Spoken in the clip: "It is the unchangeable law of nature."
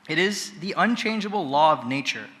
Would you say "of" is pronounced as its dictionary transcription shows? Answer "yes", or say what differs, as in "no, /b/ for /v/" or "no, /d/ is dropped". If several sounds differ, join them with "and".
yes